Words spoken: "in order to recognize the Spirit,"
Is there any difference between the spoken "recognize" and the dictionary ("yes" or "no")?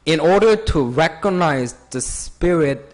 no